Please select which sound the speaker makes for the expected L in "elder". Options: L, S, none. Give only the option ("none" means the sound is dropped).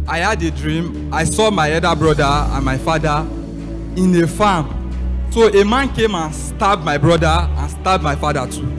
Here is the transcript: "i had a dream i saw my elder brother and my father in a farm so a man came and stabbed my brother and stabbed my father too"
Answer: none